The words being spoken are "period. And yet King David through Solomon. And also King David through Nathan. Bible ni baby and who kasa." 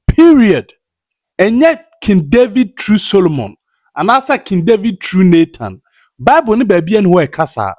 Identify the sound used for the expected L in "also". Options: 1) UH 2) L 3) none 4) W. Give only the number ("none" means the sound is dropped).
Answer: 3